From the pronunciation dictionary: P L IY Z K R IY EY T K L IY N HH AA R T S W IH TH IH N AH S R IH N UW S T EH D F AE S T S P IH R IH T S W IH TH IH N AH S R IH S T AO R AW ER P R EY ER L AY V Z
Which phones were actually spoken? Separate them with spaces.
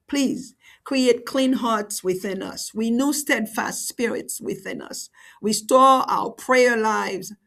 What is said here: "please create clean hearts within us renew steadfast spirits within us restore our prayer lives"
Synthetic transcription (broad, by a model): P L IY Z K R IY EY T K L IY N HH AA R T S W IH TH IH N AH S W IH N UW S T EH D F AE S T S P IH R IH T S W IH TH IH N AH S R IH S T AO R AW ER P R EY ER L AY V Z